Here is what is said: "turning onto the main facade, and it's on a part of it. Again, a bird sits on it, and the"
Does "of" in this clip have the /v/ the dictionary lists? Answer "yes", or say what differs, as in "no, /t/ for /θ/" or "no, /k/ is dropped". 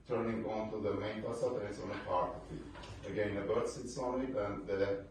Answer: no, /f/ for /v/